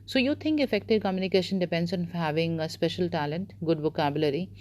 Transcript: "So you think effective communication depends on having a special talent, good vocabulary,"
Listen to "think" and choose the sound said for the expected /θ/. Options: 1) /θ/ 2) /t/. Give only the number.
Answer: 2